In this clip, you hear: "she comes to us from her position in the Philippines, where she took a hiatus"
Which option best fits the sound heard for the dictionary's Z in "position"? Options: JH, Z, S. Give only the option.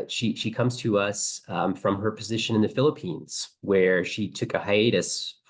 Z